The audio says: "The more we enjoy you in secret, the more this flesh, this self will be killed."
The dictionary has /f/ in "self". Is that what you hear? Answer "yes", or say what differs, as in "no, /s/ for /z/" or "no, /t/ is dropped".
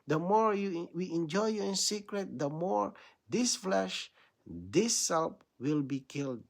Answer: no, /p/ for /f/